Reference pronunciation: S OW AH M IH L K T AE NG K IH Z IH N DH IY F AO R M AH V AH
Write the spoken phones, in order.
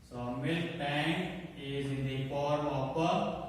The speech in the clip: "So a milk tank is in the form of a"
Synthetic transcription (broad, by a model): S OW M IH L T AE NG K IH Z IH N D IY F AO R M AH P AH